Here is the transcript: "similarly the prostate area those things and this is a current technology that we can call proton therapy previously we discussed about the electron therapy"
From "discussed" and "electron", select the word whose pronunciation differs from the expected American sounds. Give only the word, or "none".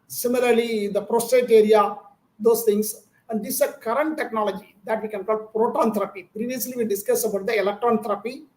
discussed